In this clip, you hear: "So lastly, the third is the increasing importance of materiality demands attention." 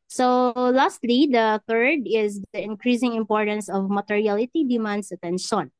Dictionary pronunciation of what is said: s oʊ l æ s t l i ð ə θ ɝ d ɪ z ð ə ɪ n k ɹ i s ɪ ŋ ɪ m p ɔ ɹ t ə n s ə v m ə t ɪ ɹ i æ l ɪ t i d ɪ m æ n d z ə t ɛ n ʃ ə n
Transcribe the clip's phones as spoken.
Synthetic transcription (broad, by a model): s oʊ l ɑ s t l i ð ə θ ɝ d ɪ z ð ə ɪ n k ɹ i s ɪ ŋ ɪ m p ɔ ɹ t ə n s ə v m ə t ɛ ɹ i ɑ l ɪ t i d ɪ m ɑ n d s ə t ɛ n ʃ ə n